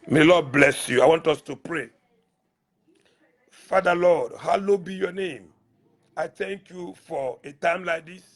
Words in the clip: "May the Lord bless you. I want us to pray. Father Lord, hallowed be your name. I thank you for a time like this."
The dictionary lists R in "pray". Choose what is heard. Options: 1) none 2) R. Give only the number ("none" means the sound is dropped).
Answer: 2